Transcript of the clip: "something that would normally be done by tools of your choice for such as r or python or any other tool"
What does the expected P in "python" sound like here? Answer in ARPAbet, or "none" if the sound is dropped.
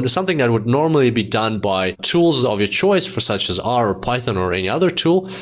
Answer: P